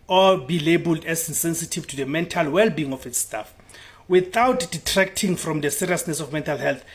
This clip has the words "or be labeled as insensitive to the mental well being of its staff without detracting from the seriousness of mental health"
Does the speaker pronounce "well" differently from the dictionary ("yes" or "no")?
no